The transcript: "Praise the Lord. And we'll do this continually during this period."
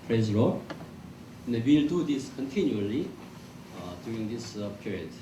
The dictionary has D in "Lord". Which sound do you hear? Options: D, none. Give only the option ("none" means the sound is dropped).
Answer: none